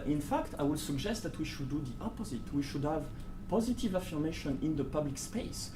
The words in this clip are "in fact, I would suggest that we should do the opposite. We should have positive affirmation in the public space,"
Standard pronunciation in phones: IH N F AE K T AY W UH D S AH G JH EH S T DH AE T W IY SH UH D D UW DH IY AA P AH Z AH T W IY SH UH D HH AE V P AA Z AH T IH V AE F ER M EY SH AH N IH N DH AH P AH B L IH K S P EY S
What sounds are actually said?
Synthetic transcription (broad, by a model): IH N F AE K T AY W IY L S AH G JH EH S T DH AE T W IY SH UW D D UW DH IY AA P AH Z AH T W IY SH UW D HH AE V P AA Z AH T IH V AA F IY M EY SH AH N IH N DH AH P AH B L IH K S P EY S